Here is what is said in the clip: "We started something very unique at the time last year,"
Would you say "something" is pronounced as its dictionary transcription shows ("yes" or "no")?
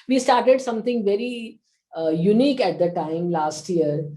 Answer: no